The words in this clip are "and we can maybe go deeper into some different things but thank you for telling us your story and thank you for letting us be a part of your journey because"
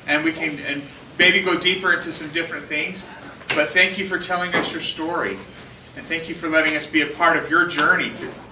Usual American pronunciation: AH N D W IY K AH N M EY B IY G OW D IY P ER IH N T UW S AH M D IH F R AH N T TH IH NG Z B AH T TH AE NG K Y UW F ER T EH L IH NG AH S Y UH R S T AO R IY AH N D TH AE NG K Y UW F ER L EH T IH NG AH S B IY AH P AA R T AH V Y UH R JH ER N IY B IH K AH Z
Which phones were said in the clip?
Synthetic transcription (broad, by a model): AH N W IY K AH N M EY B IY G OW D IY P ER IH N T UW S AH M D IH F R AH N TH IH NG Z B AH T TH AE NG K Y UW F ER T EH L IH NG AH S Y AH R S T AO R IY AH N TH AE NG K Y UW F ER L EH T IH NG AH S B IY AH P AA R T AH V Y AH R JH ER N IY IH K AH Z